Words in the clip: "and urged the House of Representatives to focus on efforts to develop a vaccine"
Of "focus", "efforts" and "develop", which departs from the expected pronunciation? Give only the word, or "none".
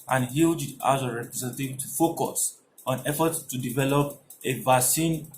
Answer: efforts